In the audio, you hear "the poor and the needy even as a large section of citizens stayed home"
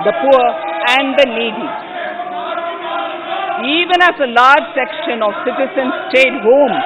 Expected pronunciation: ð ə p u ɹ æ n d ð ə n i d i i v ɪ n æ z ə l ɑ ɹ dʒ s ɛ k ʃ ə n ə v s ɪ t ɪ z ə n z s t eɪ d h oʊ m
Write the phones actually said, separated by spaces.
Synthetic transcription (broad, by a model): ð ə p u ɹ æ n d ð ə l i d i i v ɪ n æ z ə l ɑ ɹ dʒ s ɛ k ʃ ə n ə v s ɪ t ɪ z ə n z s t eɪ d h oʊ m